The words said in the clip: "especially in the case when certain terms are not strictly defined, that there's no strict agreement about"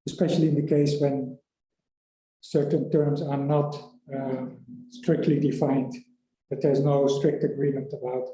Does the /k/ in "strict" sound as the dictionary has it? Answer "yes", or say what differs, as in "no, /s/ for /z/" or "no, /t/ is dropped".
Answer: yes